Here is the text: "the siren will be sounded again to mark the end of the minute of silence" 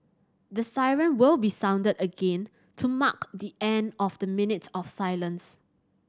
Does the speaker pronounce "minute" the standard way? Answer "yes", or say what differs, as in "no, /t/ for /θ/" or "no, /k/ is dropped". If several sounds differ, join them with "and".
yes